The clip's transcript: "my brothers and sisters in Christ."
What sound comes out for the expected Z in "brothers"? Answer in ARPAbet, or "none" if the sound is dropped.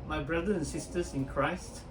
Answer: none